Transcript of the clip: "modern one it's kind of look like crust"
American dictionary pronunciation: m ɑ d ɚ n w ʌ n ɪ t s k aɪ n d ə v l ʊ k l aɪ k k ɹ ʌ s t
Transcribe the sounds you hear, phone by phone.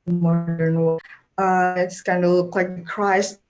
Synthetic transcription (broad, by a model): m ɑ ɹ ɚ n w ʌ ɪ t s k aɪ n d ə l ʊ k l aɪ k k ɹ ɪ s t